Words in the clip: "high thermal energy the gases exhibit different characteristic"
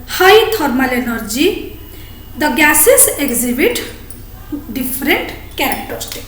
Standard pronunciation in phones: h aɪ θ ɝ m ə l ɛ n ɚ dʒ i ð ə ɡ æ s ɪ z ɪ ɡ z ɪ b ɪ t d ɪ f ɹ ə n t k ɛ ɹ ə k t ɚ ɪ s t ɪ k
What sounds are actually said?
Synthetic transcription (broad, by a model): h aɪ t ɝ m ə l ɛ n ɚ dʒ i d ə ɡ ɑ s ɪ s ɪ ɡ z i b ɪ t d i p ɹ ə n t k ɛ ɹ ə k t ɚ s t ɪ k